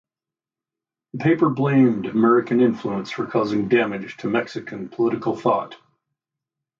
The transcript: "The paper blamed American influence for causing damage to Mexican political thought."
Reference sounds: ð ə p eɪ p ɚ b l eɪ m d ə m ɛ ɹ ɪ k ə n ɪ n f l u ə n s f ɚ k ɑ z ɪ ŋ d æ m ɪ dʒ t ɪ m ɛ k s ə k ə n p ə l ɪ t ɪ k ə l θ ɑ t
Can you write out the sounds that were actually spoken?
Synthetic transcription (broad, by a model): ð ə p eɪ p ɚ b l eɪ m d ə m ɛ ɹ ɪ k ə n ɪ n f l u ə n s f ɚ k ɑ z ɪ ŋ d æ m ɪ dʒ t ɪ m ɛ k s ə k ə n p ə l ɪ t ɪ k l θ ɑ t